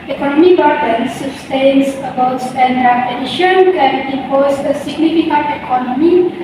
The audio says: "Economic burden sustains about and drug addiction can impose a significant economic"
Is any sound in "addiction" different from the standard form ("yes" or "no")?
yes